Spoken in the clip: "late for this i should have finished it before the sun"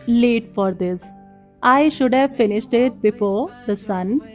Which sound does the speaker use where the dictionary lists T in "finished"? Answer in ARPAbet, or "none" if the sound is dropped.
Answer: T